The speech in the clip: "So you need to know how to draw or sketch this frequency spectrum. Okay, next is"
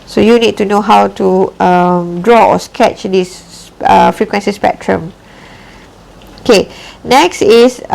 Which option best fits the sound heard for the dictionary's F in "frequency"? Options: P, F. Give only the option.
F